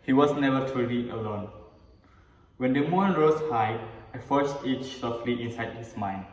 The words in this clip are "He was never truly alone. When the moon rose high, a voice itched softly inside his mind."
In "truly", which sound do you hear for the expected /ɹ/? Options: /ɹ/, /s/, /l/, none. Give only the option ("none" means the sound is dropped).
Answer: none